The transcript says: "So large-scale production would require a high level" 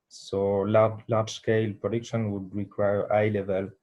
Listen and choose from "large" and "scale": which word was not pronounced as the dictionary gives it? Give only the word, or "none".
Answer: large